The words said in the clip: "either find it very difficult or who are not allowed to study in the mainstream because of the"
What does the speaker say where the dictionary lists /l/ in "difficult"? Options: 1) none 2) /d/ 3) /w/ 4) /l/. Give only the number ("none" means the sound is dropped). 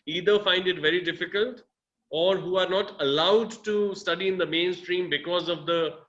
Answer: 4